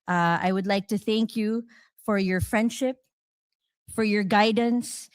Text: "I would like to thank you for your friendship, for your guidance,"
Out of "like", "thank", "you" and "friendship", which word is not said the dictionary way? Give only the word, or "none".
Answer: none